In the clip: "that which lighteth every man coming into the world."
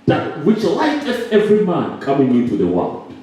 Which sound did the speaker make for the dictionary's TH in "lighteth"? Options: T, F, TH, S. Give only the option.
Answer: S